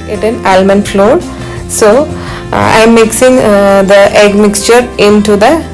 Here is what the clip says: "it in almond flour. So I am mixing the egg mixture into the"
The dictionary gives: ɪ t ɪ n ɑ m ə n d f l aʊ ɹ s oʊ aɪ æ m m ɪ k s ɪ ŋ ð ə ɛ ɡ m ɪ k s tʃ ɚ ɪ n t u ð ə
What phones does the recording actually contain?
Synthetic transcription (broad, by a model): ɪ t ɪ n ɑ m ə n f l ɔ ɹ s oʊ aɪ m m ɪ k s ɪ ŋ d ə ɛ ɡ m ɪ k s tʃ ɚ ɪ n t u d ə